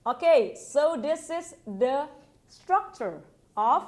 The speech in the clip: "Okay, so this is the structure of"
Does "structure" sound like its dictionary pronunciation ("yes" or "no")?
yes